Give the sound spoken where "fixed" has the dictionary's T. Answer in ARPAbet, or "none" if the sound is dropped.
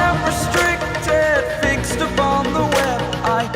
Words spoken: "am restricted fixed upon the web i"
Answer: T